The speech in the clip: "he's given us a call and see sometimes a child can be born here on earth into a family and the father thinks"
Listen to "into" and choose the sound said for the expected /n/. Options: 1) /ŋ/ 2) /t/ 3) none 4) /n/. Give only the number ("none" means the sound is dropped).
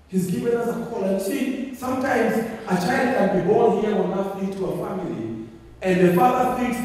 3